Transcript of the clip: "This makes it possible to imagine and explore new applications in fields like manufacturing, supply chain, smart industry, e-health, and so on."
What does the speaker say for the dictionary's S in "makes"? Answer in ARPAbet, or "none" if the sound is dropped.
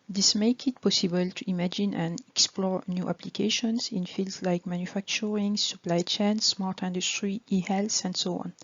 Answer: none